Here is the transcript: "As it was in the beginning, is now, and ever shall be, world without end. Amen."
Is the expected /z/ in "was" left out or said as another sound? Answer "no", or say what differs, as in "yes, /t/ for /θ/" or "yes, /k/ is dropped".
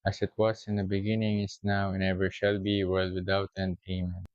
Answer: yes, /s/ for /z/